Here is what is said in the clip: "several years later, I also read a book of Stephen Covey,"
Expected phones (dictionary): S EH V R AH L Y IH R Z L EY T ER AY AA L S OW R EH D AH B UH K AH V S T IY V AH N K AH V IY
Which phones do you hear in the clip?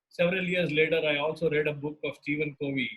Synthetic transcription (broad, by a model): S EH V R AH L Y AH R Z L EY T ER AY AA L S OW R EH D AH B UH K AH V S T IY V AH N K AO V IY